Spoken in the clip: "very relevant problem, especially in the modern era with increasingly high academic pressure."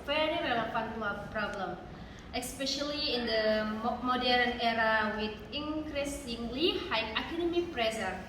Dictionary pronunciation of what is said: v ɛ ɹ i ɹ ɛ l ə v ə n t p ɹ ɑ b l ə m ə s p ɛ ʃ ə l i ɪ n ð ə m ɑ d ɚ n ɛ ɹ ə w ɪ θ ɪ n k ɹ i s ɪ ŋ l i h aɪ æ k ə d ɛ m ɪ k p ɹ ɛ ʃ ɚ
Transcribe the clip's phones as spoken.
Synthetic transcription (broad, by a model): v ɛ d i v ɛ l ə p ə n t p ɹ ɑ b l ə m ə s p ɛ ʃ ə l i ɪ n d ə m ɑ d ɚ n ɛ ɹ ə w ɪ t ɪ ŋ k ɹ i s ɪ ŋ l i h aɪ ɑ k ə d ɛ m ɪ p ɹ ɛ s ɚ